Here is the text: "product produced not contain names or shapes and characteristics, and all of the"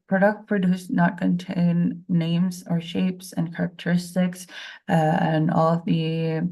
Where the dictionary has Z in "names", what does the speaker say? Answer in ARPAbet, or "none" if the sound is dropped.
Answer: Z